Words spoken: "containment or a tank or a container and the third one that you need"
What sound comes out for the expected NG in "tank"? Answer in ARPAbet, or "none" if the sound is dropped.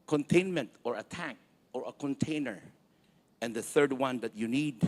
none